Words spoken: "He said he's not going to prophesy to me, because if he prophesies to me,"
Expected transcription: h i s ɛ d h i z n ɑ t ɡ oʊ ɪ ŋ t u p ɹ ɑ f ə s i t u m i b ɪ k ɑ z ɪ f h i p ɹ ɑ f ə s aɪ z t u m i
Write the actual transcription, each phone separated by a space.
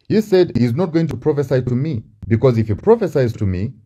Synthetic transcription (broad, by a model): h i s ɛ d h i z n ɑ t ɡ oʊ ɪ ŋ t u p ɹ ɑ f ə s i t u m i b ɪ k ɑ z ɪ f h i p ɹ ɑ f ə s aɪ z t u m i